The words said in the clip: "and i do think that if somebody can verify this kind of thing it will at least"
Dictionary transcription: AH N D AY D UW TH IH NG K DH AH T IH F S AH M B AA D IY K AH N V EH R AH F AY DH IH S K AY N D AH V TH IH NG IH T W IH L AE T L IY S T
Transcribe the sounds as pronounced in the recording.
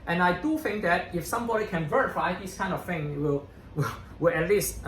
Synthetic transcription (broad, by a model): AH N AY D UW TH IH NG K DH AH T IH F S AH M B AA D IY K AH N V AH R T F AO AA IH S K AY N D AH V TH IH NG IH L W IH W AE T L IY S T